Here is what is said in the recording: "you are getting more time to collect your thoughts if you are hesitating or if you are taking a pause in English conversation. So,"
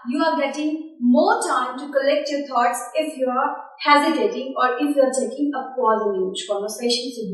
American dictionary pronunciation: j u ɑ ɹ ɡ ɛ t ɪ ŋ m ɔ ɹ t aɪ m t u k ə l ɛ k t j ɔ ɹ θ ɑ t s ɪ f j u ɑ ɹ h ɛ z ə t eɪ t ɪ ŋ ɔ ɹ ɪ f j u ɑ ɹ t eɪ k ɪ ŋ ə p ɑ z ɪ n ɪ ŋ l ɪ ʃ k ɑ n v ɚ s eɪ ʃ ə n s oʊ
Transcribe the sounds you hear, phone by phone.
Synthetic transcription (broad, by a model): j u ɑ ɹ ɡ ɛ t ɪ ŋ m ɔ ɹ t aɪ m t u k ə l ɛ k t j ɔ ɹ t ɑ t s ɪ f j u ɑ ɹ h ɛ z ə t eɪ t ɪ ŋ ɔ ɹ ɪ f j u ɑ ɹ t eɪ k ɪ ŋ ə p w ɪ l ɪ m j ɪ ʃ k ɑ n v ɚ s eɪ ʃ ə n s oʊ